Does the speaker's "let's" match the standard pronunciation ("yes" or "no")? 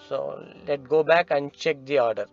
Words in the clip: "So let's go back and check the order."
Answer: no